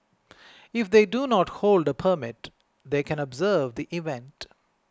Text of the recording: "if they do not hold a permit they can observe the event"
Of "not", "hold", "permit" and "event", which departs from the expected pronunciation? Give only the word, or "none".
none